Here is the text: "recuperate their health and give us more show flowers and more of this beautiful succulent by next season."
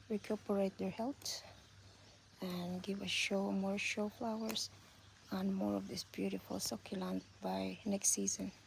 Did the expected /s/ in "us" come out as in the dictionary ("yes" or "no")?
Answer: no